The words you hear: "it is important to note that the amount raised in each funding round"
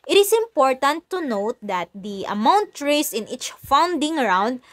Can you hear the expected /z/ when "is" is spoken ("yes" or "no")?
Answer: no